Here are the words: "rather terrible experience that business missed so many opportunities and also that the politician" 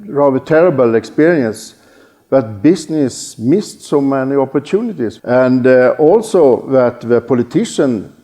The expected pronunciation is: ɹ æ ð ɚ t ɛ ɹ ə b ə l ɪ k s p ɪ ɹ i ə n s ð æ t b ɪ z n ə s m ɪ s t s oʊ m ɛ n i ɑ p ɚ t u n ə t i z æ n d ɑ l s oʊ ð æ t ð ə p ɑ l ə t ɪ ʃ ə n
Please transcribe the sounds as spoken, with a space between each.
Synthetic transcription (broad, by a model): ɹ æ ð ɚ t ɛ ɹ ə b ə l ɪ k s p ɪ ɹ i ə n s ð æ t b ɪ s n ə s m ɪ s t s oʊ m ɛ n i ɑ p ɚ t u n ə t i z æ n d ɑ l s oʊ ð æ t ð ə p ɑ l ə t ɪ ʃ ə n